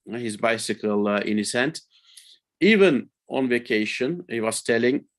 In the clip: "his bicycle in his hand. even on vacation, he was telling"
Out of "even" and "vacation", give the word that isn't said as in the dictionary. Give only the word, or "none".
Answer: none